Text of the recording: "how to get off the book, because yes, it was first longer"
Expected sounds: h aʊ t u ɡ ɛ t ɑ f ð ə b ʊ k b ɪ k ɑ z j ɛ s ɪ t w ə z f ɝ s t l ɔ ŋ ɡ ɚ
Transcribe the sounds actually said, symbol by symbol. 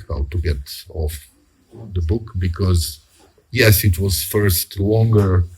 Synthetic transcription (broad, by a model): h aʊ t u ɡ ɛ t ɑ f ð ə b ʊ k b ɪ k ɑ z j ɛ s ɪ t w ə z f ɝ s t l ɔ ŋ ɡ ɚ